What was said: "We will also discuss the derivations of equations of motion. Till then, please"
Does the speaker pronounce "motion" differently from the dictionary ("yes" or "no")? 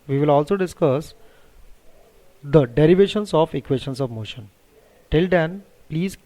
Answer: no